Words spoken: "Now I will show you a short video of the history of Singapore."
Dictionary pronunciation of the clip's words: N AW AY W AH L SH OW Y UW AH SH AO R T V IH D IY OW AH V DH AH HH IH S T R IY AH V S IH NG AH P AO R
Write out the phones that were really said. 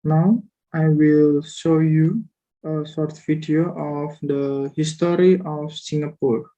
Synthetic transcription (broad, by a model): N AW AY W AH L SH OW Y UW AH S AO R T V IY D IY OW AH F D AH HH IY S T R IY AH F S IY NG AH P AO R